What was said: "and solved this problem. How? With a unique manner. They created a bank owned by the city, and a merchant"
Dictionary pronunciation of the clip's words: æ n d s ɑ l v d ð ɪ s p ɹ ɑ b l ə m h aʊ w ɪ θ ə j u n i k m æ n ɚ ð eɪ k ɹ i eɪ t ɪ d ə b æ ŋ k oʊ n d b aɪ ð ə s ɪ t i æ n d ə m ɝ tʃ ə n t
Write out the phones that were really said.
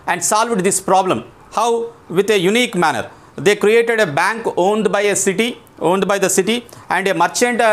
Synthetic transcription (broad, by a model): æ n d s ɑ l v d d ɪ s p ɹ ɑ b l ə m h aʊ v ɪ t ə j u n i k m æ n ɚ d eɪ k ɹ i eɪ t ɪ d ə b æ ŋ k oʊ n d b aɪ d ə s ɪ t i æ n d ə m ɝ tʃ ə n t